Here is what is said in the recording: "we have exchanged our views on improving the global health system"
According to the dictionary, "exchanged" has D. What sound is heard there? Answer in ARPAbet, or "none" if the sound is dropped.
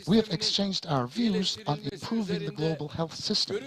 D